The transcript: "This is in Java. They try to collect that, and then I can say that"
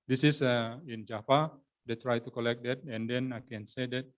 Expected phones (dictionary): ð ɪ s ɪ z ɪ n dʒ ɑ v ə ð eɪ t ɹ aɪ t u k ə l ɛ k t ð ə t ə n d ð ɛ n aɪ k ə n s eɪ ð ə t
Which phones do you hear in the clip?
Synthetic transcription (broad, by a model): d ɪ s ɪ s ɪ n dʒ ɑ f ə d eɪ t ɹ aɪ t u k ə l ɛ k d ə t ə n d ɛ n aɪ k ə n s eɪ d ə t